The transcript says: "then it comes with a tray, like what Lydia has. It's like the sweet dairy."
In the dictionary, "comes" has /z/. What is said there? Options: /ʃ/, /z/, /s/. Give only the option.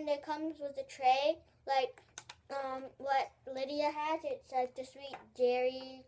/z/